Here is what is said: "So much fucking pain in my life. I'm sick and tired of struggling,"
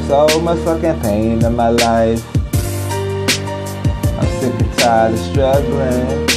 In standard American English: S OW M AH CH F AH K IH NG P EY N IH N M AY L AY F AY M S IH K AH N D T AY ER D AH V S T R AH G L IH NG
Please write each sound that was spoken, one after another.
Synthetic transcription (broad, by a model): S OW M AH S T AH K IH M P EY N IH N M AY L AY F AY M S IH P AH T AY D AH S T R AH G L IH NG